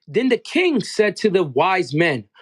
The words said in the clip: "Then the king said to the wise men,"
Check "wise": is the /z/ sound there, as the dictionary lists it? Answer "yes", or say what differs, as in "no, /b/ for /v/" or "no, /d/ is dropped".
yes